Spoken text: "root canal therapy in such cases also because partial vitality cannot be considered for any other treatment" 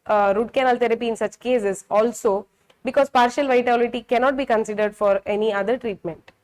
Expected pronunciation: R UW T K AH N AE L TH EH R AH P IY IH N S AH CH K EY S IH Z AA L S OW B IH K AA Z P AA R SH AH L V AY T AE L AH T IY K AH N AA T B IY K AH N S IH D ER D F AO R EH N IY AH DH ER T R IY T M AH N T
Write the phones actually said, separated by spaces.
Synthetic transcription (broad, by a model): R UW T K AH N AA L T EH R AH P IY IH N S AH CH K EY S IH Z AA L S OW B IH K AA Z P AA R SH AH L V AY T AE L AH T IY K AH N AA T B IY K AH N S IH D ER D F AO R EH N IY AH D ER T R IY T M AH N T